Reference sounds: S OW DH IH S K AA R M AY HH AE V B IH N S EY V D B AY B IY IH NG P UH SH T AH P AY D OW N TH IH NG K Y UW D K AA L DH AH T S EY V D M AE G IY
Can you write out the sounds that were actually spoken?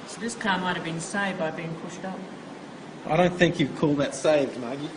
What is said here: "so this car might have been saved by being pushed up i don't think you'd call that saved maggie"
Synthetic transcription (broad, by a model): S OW DH IH S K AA M AY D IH V B IH N S EY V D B AY B IY IH NG P UH SH T AH P AY D OW N TH IH NG K Y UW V K AA L DH AH T S EY V D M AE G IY